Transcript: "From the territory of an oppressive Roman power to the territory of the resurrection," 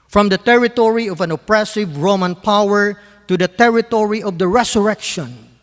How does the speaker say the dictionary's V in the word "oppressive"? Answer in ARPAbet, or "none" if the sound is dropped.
V